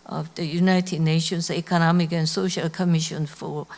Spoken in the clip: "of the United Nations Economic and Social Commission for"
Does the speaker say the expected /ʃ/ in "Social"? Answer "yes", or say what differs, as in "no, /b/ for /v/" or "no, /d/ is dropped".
yes